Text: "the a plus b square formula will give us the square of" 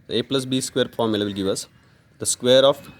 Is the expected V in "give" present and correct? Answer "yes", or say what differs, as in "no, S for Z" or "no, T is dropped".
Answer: yes